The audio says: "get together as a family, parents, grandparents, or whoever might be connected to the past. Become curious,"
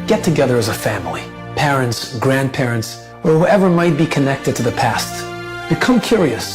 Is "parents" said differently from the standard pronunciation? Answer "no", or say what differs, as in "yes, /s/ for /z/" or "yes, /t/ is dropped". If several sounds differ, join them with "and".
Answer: no